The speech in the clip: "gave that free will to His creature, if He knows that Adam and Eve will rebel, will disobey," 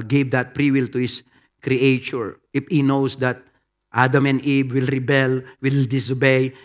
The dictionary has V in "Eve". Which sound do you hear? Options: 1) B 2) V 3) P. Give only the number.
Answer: 1